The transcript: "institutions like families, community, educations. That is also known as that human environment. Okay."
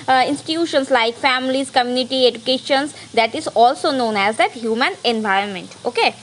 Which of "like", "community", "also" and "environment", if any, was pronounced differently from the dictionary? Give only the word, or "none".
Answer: none